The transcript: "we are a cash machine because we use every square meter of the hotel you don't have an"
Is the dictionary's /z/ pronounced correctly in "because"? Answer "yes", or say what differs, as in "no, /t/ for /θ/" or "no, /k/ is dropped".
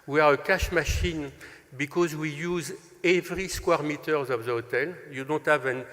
yes